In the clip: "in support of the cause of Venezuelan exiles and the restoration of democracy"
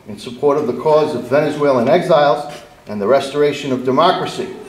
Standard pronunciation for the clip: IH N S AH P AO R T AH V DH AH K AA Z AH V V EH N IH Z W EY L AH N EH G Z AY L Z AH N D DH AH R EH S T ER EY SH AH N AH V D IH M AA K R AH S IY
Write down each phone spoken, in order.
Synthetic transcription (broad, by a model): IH N S AH P AO R T AH V DH AH K AA Z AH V V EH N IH Z W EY L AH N EH G Z AY L Z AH N DH AH R EH S T ER EY SH AH N AH V D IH M AA K R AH S IY